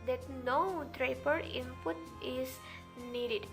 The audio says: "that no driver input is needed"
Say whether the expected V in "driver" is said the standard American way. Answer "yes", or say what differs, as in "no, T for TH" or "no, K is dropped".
no, P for V